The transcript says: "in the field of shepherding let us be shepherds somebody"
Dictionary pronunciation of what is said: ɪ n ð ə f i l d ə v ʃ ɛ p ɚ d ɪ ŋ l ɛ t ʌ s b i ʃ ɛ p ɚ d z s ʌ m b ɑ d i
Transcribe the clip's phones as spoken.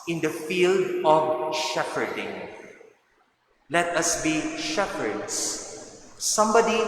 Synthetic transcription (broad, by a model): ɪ n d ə f i l d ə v ʃ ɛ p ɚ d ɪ ŋ l ɛ t ʌ s b i ʃ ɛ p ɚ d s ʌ m b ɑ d i